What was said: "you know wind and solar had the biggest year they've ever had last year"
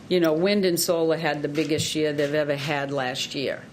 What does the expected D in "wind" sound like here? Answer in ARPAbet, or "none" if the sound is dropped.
D